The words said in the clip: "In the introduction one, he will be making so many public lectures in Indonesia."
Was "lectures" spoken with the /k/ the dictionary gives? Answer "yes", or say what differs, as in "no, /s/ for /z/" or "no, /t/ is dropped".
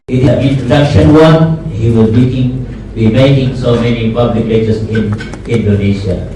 no, /k/ is dropped